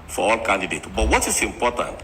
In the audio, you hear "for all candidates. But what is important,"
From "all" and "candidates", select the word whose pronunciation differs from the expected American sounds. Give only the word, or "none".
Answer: candidates